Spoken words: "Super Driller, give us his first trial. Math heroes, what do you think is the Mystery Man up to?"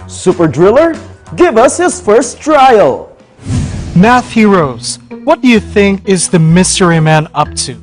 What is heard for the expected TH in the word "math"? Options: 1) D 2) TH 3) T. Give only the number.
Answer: 2